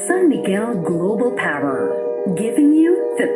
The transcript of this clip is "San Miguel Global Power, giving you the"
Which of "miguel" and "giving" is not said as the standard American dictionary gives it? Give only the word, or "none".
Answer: miguel